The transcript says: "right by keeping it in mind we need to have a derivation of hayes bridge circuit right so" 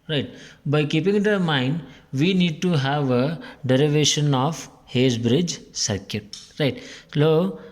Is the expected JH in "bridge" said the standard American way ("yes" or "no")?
yes